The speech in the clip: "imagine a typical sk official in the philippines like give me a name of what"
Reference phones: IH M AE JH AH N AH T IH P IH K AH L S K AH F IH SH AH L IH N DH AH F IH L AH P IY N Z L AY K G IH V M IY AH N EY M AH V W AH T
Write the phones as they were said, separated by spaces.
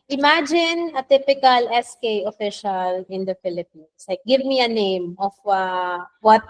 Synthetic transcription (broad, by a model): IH M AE JH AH N AH T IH P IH K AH L S K AH F IH SH AH L IH N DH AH F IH L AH P IY N S L AY K G IH V M IY AH N EY M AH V W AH T